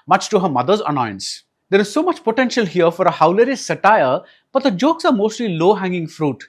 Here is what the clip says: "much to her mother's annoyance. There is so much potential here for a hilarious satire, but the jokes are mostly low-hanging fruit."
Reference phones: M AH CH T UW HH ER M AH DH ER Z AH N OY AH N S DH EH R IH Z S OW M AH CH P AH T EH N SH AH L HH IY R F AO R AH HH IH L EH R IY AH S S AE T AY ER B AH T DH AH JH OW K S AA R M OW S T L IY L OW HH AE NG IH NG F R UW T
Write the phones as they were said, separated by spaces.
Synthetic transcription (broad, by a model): M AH CH T UW HH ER M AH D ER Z AH N OY AH N S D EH R IH Z S OW M AH CH P AH T EH N SH AH L HH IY R F AO R AH HH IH L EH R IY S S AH T AY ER B AH T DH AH JH OW K S AA R M OW S T L IY L OW HH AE NG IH NG F R UW T